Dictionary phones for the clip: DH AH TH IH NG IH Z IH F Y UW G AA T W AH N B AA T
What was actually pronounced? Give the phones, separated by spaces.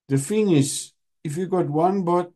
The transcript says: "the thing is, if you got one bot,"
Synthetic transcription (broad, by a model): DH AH F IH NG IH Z IH F Y UW G AA T W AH N B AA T